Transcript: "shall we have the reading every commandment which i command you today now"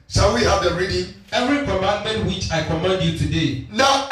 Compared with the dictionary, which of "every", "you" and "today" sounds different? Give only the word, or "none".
none